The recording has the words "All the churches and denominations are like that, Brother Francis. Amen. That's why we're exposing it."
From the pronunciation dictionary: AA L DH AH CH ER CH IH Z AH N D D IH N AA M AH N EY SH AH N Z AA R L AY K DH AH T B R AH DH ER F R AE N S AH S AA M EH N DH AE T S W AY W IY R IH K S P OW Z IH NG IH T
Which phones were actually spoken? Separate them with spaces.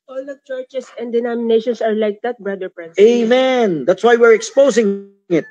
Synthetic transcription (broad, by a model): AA L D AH CH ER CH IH S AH N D D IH N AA M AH N EY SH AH N S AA R L AY K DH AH T B R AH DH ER P R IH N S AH AA M EH N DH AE T S W AY W IY R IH K S P OW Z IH NG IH T